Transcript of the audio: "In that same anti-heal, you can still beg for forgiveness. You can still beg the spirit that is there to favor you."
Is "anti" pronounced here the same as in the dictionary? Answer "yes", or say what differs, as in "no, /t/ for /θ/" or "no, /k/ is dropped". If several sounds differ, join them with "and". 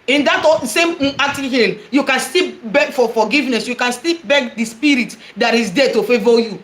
no, /n/ is dropped